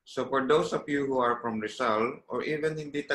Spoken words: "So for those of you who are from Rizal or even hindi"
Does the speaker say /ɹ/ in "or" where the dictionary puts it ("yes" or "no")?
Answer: yes